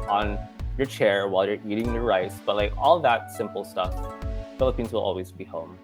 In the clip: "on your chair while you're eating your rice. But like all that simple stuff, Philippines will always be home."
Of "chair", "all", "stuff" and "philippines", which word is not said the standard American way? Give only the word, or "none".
none